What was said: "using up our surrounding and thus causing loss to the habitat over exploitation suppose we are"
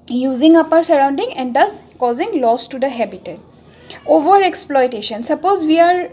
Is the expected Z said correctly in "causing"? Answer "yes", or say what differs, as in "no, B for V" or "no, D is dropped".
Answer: yes